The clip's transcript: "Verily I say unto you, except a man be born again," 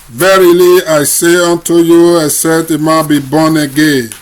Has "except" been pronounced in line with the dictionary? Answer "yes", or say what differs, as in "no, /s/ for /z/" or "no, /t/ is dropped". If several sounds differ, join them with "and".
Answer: no, /k/ is dropped and /p/ is dropped